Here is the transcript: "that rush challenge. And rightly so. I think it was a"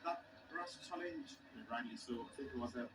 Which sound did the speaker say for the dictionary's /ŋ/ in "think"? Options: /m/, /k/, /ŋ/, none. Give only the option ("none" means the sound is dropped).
none